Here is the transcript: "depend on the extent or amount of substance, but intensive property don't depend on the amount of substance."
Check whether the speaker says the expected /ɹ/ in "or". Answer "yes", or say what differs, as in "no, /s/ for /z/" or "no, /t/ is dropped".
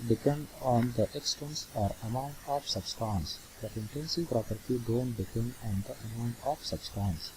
yes